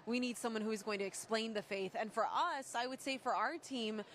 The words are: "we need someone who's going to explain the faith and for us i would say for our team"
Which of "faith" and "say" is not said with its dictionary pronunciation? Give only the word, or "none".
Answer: none